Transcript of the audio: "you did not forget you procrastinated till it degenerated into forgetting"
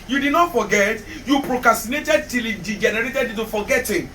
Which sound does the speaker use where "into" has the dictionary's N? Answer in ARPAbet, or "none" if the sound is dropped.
none